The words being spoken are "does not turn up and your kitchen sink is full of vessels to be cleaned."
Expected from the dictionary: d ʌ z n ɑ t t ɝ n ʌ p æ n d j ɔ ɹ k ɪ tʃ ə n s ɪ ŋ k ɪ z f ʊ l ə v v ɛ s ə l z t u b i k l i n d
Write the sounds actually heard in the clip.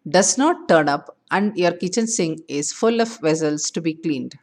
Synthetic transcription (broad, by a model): d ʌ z n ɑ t t ɝ n ʌ p æ n d j ɔ ɹ k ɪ tʃ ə n s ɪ ŋ ɪ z f ʊ l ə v v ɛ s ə l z t u b i k l i n d